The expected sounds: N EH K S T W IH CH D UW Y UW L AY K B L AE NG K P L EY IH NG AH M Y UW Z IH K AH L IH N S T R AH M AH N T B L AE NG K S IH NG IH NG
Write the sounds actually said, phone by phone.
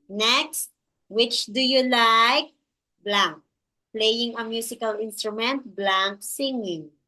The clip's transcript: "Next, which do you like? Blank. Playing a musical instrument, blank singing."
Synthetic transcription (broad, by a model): N EH K S T W IH CH D UW Y UW L AY K B L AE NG K P L EY IH NG AH M Y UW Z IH K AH L IH N S T R AH M AH N T B L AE NG K S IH NG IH NG